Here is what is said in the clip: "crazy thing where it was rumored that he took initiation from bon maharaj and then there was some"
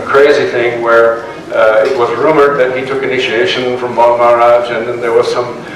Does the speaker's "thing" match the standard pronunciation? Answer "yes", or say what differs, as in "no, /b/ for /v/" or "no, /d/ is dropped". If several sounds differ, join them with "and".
yes